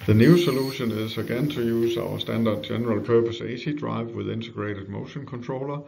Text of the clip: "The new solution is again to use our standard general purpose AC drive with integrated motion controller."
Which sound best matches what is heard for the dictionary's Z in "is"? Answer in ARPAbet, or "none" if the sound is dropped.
S